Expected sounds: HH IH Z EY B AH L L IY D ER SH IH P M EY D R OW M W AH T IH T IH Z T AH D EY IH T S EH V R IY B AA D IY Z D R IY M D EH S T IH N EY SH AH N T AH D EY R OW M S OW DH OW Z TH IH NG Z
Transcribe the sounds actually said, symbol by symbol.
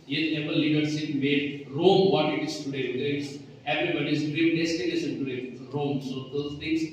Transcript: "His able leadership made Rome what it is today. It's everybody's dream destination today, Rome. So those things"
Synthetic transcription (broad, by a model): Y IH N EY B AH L L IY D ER S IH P M EY D R OW M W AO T IH T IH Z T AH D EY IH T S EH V R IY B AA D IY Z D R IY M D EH S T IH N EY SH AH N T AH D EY R OW M S OW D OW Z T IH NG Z